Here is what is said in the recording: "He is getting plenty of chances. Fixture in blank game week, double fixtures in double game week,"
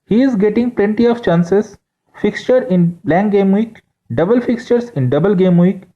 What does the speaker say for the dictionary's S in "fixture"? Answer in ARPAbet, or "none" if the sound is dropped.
S